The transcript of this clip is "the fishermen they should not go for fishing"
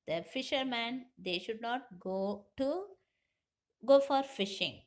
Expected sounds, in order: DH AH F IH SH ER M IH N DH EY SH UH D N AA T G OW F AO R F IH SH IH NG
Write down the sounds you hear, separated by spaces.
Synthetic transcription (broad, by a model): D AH F IH SH ER M IH N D EY SH UH D N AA T G OW F AO R F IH SH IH NG